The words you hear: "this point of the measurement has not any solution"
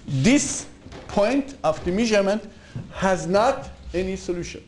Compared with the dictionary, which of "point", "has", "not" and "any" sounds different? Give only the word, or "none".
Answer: none